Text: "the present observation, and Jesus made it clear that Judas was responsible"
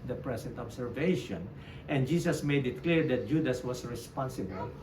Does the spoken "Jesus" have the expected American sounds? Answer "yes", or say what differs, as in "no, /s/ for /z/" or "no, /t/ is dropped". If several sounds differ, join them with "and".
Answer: no, /s/ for /z/